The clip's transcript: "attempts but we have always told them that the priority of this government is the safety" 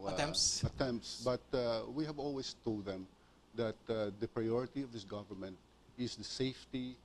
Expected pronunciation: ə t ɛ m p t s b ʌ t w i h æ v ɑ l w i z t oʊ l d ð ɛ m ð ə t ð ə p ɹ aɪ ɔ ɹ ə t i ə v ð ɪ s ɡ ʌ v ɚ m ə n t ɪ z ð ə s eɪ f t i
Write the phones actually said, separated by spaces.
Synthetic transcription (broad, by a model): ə t ɛ m p t s b ʌ t w i h æ v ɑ l w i s t oʊ l d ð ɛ m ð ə t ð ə p ɹ aɪ ɔ ɹ ə t i ə v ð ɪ s ɡ ʌ v ɚ m ə n t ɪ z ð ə s eɪ f t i